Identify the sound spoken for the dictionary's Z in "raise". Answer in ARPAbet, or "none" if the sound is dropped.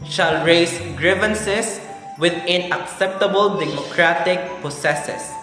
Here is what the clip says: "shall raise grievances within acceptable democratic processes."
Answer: S